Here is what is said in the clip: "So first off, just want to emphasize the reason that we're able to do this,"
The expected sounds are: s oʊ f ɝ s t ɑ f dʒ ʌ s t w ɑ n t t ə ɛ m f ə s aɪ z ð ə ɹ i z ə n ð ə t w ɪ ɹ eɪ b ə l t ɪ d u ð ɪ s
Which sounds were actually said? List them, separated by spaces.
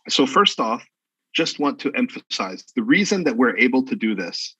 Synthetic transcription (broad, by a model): s oʊ f ɝ s t ɑ f dʒ ʌ s t w ɑ n t t ɛ m f ə s aɪ z ð ə ɹ i z ə n ð ə t w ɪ ɹ eɪ b l t ɪ d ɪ ð ɪ s